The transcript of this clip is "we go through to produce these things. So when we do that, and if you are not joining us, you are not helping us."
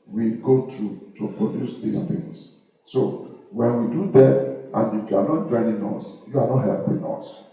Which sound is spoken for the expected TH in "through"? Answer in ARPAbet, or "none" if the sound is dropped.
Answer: T